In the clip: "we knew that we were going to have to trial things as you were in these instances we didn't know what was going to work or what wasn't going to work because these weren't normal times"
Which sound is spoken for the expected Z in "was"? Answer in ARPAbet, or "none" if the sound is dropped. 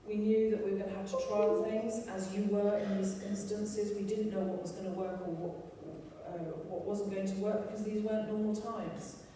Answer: Z